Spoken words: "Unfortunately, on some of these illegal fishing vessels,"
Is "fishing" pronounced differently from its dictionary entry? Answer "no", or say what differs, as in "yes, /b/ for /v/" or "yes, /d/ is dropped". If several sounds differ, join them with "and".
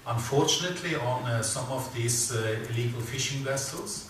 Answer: no